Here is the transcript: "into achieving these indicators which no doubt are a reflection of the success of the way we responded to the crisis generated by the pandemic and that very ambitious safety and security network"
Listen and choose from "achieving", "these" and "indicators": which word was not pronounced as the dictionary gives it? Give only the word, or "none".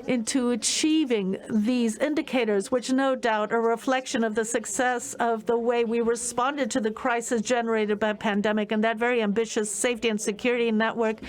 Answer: none